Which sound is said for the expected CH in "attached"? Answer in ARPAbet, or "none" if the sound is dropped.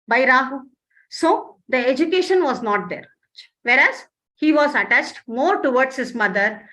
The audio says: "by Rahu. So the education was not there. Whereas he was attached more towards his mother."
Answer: CH